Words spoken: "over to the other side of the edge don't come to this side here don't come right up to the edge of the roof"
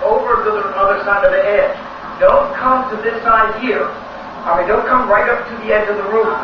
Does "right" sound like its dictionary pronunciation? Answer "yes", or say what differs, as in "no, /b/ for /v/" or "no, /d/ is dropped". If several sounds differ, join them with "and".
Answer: yes